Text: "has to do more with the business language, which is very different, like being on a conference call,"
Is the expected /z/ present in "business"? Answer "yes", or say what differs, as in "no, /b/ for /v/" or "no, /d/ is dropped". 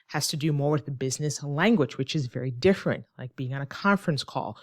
yes